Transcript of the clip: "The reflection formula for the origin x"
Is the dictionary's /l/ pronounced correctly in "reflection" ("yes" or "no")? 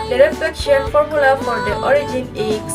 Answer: no